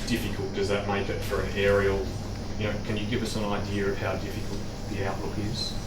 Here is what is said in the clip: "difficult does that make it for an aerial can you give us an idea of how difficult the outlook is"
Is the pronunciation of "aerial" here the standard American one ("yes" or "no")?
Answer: no